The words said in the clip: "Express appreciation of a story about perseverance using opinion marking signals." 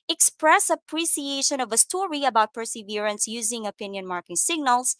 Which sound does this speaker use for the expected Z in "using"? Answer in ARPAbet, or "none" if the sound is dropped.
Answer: Z